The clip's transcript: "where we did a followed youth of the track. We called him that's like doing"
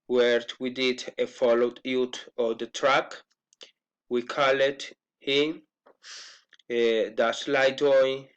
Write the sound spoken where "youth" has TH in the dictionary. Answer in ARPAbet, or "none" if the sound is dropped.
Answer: T